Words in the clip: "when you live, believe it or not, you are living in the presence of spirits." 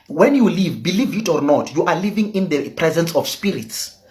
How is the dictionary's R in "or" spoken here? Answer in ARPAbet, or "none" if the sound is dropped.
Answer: R